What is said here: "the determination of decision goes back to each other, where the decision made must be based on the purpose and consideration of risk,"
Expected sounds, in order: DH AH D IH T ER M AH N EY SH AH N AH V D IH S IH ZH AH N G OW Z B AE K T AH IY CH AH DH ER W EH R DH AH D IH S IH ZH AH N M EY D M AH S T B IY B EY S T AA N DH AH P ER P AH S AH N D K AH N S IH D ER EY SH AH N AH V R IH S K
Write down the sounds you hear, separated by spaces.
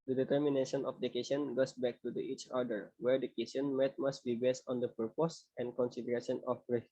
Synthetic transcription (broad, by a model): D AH D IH T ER M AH N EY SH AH N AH F D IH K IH S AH N G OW S B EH K T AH IY CH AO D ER W EH R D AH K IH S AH N M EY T M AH S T B IY B EY S T AA N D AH P ER P AH S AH N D K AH N S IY D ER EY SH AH N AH F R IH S